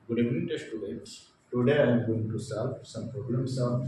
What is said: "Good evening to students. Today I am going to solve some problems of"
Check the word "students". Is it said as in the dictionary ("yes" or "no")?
no